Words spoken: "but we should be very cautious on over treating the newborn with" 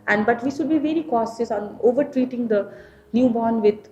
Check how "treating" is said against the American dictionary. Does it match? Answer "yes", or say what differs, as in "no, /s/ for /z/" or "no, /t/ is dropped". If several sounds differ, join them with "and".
yes